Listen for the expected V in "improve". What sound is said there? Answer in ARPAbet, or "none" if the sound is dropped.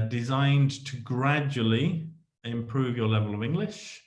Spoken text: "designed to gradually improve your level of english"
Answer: V